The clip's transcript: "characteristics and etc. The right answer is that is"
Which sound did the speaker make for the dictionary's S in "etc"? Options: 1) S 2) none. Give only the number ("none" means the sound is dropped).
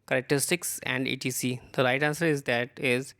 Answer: 2